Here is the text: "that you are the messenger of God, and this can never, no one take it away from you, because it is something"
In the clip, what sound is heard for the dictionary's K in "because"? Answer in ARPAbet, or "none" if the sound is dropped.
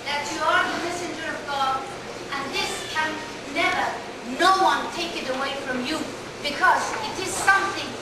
K